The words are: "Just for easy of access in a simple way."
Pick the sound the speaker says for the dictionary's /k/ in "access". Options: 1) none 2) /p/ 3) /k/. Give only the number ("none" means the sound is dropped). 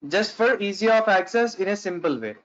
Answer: 3